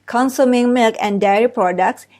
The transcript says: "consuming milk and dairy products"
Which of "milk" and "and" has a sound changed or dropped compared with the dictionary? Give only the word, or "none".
none